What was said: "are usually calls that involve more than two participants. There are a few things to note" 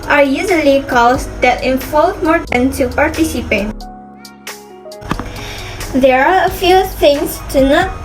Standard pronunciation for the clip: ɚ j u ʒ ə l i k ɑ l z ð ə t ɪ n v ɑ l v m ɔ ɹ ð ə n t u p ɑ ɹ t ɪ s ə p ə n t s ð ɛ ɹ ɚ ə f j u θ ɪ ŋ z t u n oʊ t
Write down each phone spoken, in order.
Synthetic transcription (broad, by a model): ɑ j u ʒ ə l i k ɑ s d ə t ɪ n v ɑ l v m ɔ ɹ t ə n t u p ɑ ɹ t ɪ s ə p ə t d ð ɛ ɹ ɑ ə f j u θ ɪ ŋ s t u n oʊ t